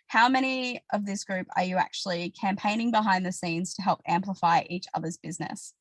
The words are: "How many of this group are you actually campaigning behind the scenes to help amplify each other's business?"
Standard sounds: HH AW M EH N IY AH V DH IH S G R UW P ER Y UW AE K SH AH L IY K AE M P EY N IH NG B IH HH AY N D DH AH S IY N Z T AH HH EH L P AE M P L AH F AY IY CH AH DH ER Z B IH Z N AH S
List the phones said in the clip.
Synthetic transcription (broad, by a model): HH AW M EH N IY AH V DH IH S G R UW P ER Y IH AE K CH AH L IY K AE M P EY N IH NG B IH HH AY N DH AH S IY N Z T AH HH EH L P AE M P L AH F AY IY CH AH DH ER Z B IH Z N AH S